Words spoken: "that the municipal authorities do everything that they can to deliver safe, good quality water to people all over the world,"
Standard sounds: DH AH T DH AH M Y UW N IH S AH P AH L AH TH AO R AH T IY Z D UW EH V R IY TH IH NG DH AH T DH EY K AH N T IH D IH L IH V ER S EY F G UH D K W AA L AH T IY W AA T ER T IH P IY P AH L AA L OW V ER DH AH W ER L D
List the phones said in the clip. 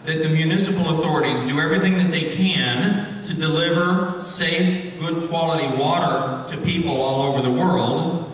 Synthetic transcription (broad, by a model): DH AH T DH AH M Y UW N IH S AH P L AH TH AO R AH T IY Z D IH EH V R IY TH IH NG DH AH T DH EY K AH N T IH D IH L IH V ER S EY F G UH D K W AA L AH T IY W AA T ER T IH P IY P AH L AA L OW V ER DH AH W ER L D